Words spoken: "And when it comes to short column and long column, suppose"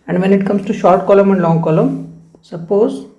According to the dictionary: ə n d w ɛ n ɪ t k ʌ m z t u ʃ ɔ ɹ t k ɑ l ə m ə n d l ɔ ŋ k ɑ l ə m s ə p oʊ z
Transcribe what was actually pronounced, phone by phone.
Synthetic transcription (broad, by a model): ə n d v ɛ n ɪ t k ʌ m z t u ʃ ɔ ɹ t k ɑ l ə m ə n d l ɔ ŋ k ɑ l ə m s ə p oʊ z